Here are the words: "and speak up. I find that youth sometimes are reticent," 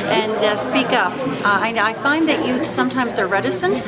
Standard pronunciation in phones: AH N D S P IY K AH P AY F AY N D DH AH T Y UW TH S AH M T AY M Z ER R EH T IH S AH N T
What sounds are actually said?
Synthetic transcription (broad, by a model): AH N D S P IY K AH P AY F AY N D DH AH T Y UW TH S AH M T AY M Z ER R EH T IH S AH N T